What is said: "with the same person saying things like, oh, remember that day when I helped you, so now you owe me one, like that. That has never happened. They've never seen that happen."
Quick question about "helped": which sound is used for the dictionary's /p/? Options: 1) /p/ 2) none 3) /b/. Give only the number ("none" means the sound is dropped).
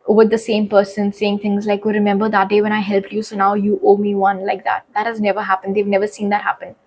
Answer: 1